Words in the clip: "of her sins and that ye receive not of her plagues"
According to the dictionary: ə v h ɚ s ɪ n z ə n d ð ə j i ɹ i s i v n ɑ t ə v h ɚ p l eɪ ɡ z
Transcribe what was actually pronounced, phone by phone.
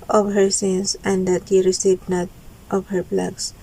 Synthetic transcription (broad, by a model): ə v h ɚ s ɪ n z ə n d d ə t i ɹ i s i b n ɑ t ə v h ɚ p l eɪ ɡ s